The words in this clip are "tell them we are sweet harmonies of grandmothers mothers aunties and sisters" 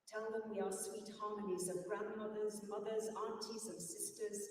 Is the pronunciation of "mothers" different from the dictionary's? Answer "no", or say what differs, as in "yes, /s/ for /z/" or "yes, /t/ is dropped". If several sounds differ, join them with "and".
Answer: no